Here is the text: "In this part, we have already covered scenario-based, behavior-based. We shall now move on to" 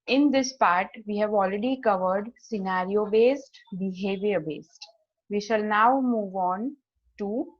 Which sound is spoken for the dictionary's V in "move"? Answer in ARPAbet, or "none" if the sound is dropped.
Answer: V